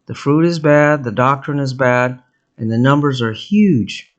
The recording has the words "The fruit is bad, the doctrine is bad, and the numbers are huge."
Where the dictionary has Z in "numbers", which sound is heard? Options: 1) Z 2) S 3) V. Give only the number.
1